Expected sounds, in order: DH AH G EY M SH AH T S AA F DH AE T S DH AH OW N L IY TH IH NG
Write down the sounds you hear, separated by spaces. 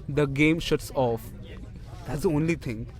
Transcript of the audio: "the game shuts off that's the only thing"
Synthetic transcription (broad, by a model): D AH G EY M SH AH T S AA F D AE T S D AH OW N L IY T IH NG